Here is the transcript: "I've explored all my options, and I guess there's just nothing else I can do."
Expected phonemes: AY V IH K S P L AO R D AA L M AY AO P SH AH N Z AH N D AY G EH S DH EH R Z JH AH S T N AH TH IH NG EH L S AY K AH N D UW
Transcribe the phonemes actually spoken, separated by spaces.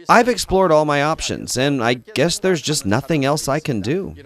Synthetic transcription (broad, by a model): AY V IH K S P L AO R D AA L M AY AO P SH AH N Z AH N AY G EH S DH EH R Z JH AH S T N AH TH IH NG EH L S AY K AH N D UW